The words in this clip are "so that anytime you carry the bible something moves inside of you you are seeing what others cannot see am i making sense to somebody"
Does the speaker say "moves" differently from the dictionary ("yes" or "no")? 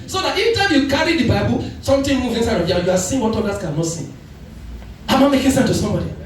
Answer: yes